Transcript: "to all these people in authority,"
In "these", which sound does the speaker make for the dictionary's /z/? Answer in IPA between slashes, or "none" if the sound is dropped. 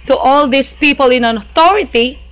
/s/